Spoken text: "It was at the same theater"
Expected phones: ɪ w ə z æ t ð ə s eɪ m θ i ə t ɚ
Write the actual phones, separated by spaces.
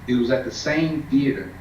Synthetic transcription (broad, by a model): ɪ w ə z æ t ð ə s eɪ m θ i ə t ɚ